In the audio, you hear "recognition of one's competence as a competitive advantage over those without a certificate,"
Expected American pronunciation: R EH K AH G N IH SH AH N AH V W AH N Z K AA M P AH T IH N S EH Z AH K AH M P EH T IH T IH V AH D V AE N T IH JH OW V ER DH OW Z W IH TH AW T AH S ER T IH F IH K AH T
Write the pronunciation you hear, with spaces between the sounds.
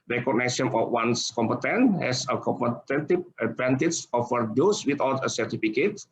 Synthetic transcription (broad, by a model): R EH K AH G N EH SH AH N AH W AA N S K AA M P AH T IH N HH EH S AH K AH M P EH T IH T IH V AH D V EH N T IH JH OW F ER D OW S W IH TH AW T AH S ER T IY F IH K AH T